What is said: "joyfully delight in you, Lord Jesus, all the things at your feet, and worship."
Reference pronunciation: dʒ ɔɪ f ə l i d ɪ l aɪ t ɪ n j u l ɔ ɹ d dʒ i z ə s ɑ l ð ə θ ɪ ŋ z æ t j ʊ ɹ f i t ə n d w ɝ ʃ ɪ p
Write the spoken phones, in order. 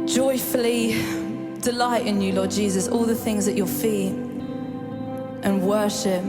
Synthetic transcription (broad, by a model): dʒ ɔɪ f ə l i d ɪ l aɪ t ɪ n j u l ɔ d dʒ i z ə s ɑ l ð ə θ ɪ ŋ z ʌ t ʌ f i t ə n w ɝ ʃ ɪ p